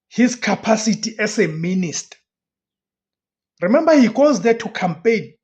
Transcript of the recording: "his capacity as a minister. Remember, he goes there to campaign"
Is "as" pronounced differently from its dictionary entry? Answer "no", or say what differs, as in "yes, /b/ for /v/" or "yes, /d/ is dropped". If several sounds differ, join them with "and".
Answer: yes, /s/ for /z/